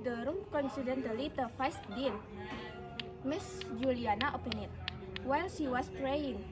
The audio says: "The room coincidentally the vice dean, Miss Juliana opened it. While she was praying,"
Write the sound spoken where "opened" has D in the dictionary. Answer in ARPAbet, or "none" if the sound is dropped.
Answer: none